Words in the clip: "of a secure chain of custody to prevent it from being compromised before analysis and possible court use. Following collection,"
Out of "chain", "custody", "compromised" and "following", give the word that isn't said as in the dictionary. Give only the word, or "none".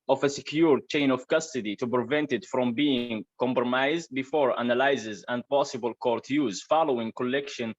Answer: none